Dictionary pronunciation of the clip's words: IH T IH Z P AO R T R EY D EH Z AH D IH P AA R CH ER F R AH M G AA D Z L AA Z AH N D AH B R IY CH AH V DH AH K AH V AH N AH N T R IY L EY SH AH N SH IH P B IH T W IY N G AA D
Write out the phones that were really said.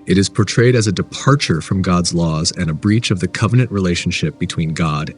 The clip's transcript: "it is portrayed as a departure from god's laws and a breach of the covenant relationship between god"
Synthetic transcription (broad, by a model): IH T IH Z P AO R T R EY D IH Z AH D IH P AA R CH ER F R AH M G AA D Z L AA Z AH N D AH B R IY CH AH V DH AH K AH V AH N AH N T R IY L EY SH N SH IH P B IH T W IY N G AA D